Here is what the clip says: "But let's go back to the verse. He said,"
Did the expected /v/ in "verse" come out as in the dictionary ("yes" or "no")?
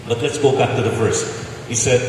no